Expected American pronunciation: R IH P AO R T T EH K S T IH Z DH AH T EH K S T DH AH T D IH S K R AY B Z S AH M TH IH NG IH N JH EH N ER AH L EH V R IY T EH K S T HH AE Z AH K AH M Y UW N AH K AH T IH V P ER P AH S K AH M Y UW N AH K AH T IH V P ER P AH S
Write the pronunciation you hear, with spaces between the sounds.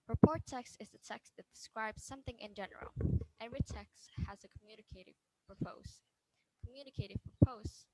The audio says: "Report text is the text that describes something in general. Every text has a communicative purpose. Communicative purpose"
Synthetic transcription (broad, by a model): R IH P AO R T T EH K S T IH Z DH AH T EH K S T DH AH T D IH S K R AY B Z S AH M TH IH NG IH N JH EH N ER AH L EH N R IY T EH K S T HH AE Z AH K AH M Y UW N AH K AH T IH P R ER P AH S K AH M Y UW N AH K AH T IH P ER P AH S